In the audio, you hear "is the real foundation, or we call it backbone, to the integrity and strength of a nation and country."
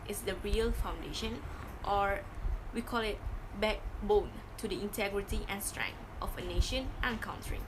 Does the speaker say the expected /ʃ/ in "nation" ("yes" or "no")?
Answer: yes